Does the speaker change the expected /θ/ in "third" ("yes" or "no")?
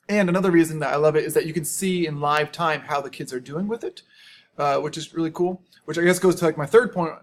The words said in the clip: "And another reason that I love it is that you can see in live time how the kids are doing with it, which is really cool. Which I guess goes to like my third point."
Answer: no